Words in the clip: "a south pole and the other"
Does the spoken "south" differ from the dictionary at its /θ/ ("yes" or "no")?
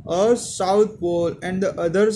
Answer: yes